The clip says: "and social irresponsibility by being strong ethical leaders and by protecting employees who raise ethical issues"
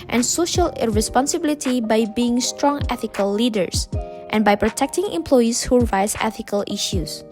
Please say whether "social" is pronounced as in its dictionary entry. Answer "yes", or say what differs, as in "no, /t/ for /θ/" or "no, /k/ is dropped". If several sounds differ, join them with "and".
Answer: yes